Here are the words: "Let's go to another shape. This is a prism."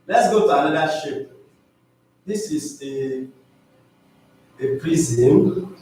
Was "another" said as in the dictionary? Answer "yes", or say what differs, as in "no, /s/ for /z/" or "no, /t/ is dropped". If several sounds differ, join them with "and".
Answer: no, /l/ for /n/